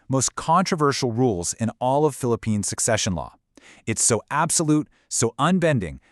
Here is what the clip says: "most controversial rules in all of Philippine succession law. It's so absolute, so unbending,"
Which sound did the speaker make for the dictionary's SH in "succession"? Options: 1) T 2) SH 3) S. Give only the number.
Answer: 2